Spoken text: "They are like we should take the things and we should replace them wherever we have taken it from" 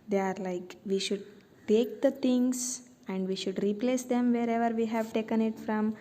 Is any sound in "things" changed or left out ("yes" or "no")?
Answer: yes